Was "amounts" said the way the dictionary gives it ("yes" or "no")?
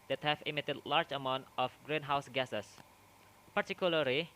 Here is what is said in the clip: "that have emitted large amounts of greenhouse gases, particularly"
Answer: no